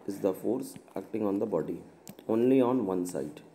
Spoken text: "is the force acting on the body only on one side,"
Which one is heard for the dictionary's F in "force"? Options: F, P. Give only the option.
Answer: F